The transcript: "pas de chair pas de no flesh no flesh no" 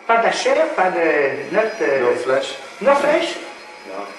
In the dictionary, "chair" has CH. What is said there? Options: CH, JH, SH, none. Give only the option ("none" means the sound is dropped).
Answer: SH